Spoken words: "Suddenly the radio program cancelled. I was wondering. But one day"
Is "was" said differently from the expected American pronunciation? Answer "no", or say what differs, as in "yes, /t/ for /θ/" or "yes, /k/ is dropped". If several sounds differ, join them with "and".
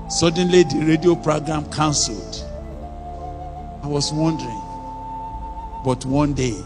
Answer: yes, /s/ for /z/